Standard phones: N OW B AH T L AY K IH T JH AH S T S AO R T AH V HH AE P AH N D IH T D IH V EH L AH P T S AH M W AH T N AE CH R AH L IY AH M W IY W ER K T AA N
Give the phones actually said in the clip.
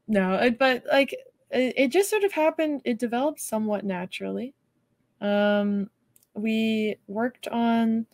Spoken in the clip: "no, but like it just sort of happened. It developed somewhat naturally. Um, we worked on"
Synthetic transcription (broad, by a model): N OW B AH T L AY K IH T JH AH S T S AO R T AH V HH AE P AH N D IH T D IH V EH L AH P T S AH M W AH T N AE CH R L IY AH M W IY W ER K T N